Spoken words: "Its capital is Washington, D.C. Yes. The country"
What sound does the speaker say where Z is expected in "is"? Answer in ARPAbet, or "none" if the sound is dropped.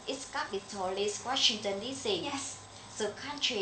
S